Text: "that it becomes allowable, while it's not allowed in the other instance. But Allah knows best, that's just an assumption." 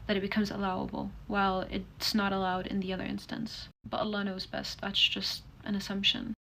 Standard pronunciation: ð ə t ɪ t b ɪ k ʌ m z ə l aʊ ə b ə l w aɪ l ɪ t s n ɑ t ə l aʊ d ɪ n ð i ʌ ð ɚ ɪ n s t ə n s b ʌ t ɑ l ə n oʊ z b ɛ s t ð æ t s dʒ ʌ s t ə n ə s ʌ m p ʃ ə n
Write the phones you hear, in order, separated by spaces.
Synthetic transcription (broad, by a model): ð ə t ɪ t b ɪ k ʌ m z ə l aʊ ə b l w aɪ l ɪ t s n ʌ t ə l aʊ d ɪ n ð i ʌ ð ɚ ɪ n s t ə n s b ʌ t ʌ l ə n oʊ z b ɛ s t ð æ t s dʒ ʌ s t ə n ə s ʌ m p ʃ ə n